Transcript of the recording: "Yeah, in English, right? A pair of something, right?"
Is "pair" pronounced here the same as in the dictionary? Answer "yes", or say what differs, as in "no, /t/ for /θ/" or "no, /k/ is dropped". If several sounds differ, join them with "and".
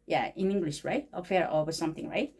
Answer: no, /f/ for /p/